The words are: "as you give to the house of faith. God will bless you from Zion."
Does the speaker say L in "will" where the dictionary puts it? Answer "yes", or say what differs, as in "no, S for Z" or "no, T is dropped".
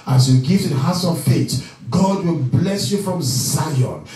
yes